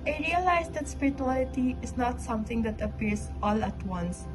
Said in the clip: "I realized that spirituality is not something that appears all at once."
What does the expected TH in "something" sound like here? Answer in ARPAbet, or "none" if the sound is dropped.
T